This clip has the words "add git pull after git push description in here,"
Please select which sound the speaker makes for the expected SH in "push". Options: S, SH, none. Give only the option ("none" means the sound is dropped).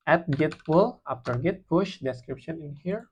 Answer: SH